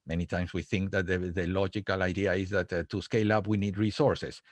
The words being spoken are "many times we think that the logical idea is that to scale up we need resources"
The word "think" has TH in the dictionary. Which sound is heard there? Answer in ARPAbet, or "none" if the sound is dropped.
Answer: TH